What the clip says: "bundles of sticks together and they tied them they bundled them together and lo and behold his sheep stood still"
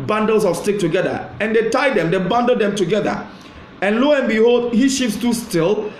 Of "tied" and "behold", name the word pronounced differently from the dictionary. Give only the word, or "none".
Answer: none